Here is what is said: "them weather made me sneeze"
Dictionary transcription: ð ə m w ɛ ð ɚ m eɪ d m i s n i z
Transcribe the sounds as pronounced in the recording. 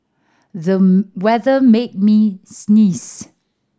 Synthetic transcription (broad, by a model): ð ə w ɛ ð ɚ m eɪ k m i s n i s